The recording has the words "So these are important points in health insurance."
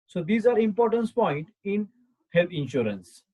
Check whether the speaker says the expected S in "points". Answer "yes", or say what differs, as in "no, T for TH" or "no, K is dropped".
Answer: no, S is dropped